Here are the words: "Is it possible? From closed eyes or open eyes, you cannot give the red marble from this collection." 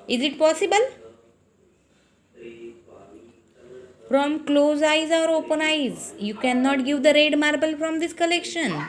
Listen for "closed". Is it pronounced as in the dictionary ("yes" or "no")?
no